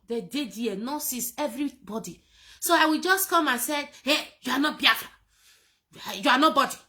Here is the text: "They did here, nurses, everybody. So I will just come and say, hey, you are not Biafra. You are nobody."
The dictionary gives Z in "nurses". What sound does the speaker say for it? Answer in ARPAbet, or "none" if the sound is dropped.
S